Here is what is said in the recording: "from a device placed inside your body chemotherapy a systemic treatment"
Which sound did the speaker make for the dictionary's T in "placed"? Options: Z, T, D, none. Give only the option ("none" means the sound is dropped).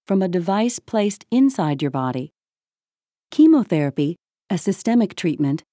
T